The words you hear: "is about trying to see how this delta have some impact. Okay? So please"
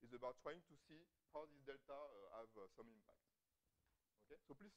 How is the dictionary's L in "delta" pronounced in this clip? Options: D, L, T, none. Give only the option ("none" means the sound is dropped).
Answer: L